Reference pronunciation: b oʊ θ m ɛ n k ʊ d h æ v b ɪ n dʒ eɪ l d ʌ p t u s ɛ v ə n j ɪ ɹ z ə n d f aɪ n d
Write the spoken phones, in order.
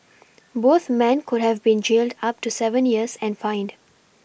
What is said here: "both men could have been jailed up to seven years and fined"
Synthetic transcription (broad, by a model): b oʊ t m ɛ n k ʊ d h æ v b ɪ n dʒ eɪ l d ʌ p t u s ɛ v ə n j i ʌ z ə n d f aɪ n d